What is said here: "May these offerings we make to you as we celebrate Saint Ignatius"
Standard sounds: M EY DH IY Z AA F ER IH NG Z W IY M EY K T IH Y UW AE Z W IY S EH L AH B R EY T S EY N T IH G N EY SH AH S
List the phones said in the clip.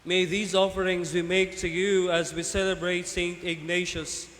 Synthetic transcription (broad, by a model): M EY DH IY Z AA F ER IH NG Z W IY M EY K T IH Y UW AE Z W IY S EH L AH B R EY T S EY N T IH G N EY SH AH S